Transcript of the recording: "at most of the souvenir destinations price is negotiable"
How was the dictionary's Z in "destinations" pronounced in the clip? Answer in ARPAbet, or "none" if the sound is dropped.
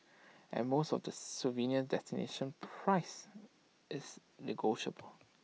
none